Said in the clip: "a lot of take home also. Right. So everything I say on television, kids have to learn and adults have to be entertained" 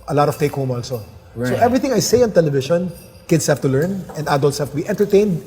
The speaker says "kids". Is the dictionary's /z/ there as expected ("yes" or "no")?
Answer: no